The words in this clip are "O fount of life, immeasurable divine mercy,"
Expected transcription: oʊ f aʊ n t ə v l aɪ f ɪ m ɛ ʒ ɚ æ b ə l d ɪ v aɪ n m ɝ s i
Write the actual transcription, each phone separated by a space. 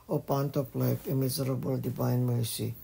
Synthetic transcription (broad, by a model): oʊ p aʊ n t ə p l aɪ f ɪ m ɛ z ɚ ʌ b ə l d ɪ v aɪ n m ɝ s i